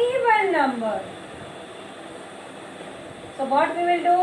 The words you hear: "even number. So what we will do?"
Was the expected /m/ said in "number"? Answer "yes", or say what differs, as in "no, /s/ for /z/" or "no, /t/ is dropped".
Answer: yes